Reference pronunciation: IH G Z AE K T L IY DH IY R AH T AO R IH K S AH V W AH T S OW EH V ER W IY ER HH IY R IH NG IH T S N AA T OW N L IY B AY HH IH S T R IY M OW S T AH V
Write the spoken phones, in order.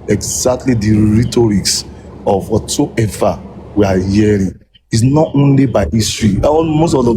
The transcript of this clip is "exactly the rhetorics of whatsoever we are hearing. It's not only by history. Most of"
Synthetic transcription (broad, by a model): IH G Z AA K T L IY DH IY R AH T AO R IH K S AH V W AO T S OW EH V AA W IY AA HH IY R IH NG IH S N AA T OW N L IY B AY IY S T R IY M OW S T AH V